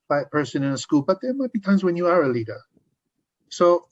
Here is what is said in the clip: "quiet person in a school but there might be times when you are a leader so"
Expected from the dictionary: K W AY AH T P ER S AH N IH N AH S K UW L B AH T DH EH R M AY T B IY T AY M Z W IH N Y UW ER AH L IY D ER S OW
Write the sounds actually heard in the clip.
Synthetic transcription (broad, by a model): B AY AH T P ER S AH N IH N AH S K UW L B AH T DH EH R M AY T B IY T AY M Z W IH N Y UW ER AH L IY D ER S OW